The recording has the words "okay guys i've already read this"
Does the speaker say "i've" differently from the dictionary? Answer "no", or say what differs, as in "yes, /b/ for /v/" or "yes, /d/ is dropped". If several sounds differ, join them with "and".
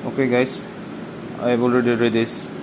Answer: yes, /b/ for /v/